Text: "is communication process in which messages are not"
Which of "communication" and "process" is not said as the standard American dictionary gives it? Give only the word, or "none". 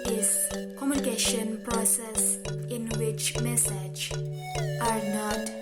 none